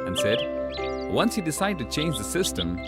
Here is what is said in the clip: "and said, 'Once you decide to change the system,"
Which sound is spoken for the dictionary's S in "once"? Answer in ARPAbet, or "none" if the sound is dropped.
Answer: S